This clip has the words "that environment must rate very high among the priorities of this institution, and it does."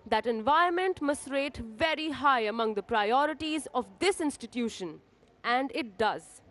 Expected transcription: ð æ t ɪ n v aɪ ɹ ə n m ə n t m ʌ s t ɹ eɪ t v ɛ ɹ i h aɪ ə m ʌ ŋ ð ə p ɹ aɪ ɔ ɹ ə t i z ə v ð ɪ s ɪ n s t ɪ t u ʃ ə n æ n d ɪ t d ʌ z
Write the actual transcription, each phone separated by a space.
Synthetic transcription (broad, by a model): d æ t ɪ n v aɪ ə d m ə n t m ʌ s t ɹ eɪ t v ɛ ɹ i h aɪ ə m ʌ ŋ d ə p ɹ aɪ ɔ ɹ ə t i z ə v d ɪ s ɪ n s t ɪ t u ʃ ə n æ n d ɪ t d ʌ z